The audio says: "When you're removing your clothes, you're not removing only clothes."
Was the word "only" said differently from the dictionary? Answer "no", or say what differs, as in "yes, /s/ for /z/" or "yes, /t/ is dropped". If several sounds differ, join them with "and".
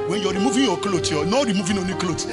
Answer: yes, /l/ is dropped